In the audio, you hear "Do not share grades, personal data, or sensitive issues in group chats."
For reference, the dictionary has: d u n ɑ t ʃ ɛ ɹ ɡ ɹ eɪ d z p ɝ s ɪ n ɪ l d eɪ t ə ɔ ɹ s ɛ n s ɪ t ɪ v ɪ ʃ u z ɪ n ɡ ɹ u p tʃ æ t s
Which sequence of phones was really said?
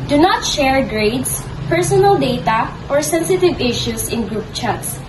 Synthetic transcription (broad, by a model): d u n ɑ t ʃ ɛ ɹ ɡ ɹ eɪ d s p ɝ s ɪ n ɪ l d eɪ t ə ɔ ɹ s ɛ n s ɪ t ɪ v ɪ ʃ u s ɪ n ɡ ɹ u p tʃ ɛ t s